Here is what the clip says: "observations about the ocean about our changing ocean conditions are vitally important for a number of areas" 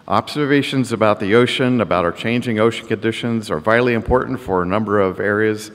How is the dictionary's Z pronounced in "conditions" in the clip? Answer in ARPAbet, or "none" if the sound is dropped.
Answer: Z